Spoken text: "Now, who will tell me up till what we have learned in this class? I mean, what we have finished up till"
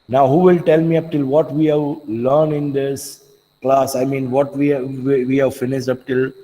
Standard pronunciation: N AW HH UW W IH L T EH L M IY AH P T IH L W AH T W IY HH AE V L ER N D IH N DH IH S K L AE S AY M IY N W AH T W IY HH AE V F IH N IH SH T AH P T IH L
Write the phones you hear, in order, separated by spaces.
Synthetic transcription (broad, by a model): N AW HH UW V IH L T EH L M IY AH P T IH L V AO T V IY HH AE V L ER N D IH N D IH S K L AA S AY M IY N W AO T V IY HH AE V F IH N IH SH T AH P T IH L